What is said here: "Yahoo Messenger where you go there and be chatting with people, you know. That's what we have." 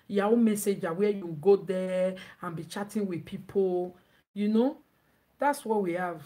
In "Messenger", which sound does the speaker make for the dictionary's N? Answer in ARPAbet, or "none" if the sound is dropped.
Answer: none